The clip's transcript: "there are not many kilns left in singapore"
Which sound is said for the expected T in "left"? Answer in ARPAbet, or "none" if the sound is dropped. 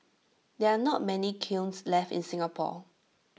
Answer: T